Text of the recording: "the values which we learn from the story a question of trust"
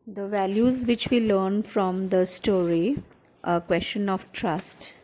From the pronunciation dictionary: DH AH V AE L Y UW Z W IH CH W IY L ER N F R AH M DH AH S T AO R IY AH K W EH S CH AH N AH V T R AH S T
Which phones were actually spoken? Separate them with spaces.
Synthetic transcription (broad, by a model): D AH V AE L Y UW Z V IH CH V IY L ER N F R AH M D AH S T AO R IY AH K W EH S CH AH N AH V T R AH S T